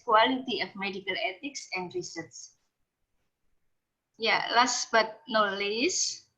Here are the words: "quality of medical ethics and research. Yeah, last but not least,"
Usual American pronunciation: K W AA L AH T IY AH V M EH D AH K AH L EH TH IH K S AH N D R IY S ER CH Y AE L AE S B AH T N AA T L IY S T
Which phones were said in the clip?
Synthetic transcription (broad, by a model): K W AA L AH T IY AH F M EH D AH K AH L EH T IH K S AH N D R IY S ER S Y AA L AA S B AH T N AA L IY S